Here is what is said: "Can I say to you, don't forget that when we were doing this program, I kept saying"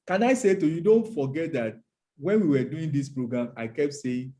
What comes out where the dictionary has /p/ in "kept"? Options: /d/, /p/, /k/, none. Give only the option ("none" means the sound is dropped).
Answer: /p/